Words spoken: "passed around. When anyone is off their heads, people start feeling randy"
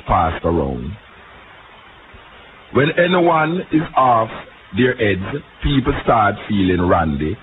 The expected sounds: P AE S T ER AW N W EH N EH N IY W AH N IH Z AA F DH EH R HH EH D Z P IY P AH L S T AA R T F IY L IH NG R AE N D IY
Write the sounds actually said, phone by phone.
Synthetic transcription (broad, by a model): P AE S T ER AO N W EH N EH N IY W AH N IH Z AA F DH EH R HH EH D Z P IY P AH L S T AA R T F IY L IH NG R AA N D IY